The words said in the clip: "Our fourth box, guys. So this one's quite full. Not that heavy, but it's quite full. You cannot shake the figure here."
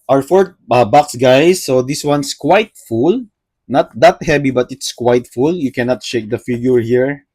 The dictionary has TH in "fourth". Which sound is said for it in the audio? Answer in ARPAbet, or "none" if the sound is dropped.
T